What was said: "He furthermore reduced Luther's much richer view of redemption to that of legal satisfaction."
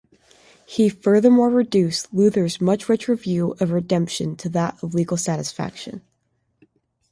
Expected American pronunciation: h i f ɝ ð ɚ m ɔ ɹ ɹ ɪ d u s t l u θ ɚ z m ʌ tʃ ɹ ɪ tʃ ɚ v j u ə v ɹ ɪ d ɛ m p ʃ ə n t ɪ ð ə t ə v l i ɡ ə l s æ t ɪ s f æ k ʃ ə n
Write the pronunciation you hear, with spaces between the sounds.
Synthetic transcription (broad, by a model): h i f ɝ ð ɚ m ɔ ɹ ɹ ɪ d u s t l u θ ɚ z m ʌ tʃ ɹ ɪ tʃ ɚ v j u ə v ɹ ɪ d ɛ m p ʃ ə n t ɪ ð ə t ə v l i ɡ l s æ t ɪ s f æ k ʃ ə n